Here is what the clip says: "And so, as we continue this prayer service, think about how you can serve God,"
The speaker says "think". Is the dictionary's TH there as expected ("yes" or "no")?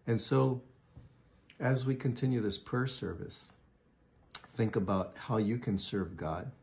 yes